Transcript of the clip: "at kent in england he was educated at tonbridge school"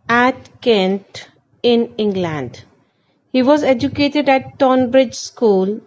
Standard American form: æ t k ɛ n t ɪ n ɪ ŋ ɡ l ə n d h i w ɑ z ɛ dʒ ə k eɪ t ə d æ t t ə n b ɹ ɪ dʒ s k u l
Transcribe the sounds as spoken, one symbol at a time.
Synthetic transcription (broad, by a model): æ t k ɛ n t ɪ n ɪ ŋ ɡ l ə n d h i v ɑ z ɛ dʒ ə k eɪ t ə d æ t t ə n b ɹ ɪ dʒ s k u l